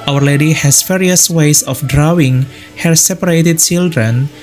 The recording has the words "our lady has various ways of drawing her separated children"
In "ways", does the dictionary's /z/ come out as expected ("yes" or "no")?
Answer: no